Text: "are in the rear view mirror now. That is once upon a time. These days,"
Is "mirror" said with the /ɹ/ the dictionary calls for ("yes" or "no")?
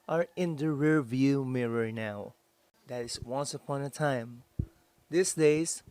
yes